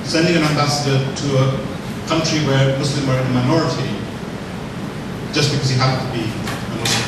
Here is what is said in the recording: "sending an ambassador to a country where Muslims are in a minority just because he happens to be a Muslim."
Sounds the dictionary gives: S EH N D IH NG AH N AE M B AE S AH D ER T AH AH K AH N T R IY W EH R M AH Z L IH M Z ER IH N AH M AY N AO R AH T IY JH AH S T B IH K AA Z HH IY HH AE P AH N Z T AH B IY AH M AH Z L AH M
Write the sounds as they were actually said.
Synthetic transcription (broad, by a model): S EH N D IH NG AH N AE M B AE S AH D ER T AH AH K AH N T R IY W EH R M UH S L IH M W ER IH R AH M AY N AO R AH T IY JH AH S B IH K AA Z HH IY HH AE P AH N T AH B IY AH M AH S